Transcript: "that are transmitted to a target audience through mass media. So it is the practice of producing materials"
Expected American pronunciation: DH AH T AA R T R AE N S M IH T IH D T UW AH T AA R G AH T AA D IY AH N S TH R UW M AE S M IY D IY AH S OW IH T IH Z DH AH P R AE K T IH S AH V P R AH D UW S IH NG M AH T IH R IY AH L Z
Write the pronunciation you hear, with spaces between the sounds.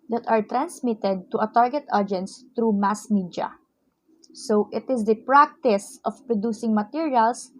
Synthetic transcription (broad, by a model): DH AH T AA R T R AE N S M IH T IH D T UW AH T AA R G AH T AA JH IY N S T R UW M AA S M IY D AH S OW IH T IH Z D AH P R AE K T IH S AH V P R AH D UW S IH NG M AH T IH R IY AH L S